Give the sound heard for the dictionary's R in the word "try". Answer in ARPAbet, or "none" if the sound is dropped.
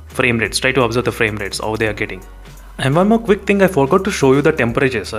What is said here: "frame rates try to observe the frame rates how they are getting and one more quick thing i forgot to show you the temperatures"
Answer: R